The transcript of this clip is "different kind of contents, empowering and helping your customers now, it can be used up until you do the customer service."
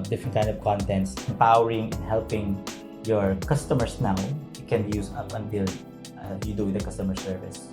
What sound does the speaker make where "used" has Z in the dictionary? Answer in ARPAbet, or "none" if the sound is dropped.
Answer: S